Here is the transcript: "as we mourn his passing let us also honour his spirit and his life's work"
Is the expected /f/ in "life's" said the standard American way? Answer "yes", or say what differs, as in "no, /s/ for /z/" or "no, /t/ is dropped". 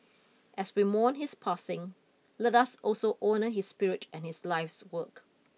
yes